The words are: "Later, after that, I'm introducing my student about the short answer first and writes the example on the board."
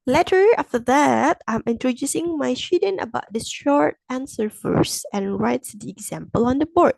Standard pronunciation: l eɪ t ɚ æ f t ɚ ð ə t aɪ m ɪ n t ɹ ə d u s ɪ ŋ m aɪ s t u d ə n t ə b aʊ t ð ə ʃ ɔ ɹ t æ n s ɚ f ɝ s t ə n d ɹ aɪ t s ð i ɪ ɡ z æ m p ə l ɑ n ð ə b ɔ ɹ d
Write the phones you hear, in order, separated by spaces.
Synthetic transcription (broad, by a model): l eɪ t ɚ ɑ f t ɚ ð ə t aɪ m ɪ n t ɹ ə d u s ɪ ŋ m aɪ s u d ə n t ə b aʊ t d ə ʃ ɔ ɹ t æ n s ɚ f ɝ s ə n ɹ aɪ t s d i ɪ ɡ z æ m p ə l ɑ n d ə b ɔ ɹ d